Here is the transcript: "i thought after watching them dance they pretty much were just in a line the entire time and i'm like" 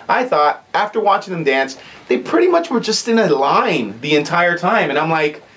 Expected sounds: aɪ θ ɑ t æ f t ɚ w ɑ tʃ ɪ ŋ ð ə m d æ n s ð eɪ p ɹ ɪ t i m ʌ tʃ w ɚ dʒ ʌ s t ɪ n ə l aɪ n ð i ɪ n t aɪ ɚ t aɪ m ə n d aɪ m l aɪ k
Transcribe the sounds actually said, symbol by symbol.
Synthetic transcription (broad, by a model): aɪ θ ɑ t æ f t ɚ w ɑ tʃ ɪ ŋ ð ə m d æ n s ð eɪ p ɹ ɪ t i m ʌ tʃ w ɚ dʒ ʌ s t ɪ n ə l aɪ n ð i ɪ n t aɪ ɚ t aɪ m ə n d aɪ m l aɪ k